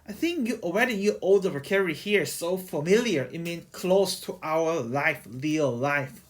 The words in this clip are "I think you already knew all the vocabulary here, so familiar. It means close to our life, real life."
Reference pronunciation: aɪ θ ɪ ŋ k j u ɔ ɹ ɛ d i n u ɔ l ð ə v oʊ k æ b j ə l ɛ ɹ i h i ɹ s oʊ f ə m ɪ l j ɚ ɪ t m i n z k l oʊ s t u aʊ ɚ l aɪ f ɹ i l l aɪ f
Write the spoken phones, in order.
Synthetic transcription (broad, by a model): aɪ θ ɪ ŋ k j u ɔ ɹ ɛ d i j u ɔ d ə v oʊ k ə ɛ ɹ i h i ɹ s oʊ f ə m ɪ l j ɚ ɪ t m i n k l oʊ s t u aʊ ɚ l aɪ f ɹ i l l aɪ f